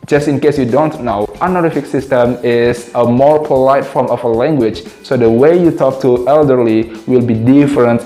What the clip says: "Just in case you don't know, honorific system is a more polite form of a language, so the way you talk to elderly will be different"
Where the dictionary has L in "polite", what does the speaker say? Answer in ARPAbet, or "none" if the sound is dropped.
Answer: L